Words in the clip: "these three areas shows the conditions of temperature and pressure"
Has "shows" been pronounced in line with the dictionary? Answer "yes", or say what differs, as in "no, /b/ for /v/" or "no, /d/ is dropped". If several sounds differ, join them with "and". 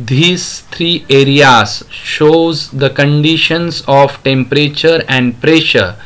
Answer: yes